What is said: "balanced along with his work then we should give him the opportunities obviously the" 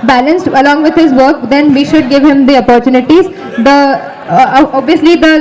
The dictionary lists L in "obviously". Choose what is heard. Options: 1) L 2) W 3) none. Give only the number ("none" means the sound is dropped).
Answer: 1